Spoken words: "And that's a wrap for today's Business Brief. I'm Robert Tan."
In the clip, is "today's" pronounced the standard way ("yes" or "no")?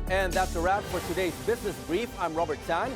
yes